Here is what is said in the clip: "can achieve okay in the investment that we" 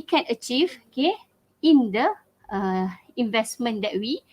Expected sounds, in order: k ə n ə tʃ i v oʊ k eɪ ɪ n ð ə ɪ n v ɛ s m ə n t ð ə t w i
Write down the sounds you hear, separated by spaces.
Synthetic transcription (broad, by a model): k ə n ə tʃ i v oʊ k eɪ ɪ n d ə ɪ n v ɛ s m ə n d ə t w i